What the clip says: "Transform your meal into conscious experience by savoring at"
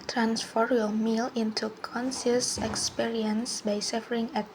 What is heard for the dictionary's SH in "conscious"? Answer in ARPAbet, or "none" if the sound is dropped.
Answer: S